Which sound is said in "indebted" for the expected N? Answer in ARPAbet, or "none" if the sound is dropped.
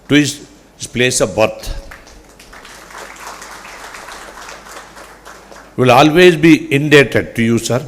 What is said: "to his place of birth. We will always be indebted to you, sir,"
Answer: N